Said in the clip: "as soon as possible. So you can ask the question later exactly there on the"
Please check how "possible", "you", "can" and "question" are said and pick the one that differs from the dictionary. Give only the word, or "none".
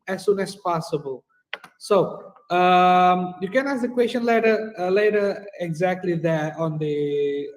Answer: none